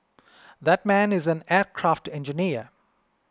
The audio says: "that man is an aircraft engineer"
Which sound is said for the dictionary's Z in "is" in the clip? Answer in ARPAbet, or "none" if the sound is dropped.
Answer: Z